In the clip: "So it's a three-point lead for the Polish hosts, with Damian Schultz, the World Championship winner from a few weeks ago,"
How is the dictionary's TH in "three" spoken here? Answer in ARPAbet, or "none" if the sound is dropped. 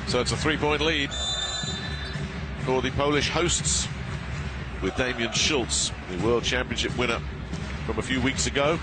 TH